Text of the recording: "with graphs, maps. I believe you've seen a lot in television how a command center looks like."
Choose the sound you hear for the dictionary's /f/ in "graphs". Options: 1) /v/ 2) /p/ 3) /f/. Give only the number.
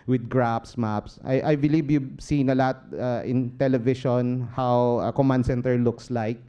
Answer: 2